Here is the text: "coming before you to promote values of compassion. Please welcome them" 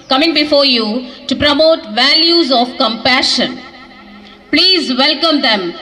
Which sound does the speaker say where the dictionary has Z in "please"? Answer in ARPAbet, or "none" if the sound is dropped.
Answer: Z